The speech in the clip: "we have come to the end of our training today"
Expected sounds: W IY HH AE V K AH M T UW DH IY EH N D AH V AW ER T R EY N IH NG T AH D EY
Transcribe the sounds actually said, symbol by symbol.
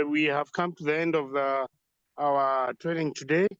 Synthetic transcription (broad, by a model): W IY HH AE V K AH M T UW DH IY EH N D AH V AW ER T R EY N IH NG T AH D EY